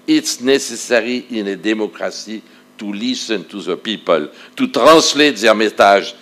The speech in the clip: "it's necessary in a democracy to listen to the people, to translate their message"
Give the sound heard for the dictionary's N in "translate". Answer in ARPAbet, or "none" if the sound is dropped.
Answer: none